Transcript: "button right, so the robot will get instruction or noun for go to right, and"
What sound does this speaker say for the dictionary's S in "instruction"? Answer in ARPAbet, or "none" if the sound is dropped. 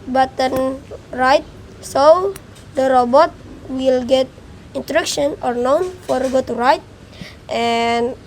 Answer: none